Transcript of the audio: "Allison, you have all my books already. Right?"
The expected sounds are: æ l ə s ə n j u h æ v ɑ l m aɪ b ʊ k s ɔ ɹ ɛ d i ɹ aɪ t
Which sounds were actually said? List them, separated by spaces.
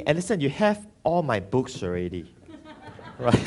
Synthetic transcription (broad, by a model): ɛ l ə s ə n j u h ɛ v ɑ l m aɪ b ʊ k s ɔ ɹ ɛ d i ɹ aɪ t